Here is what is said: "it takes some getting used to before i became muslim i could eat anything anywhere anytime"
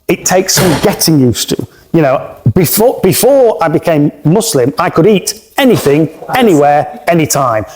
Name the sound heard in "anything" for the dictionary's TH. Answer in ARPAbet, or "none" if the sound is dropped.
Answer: TH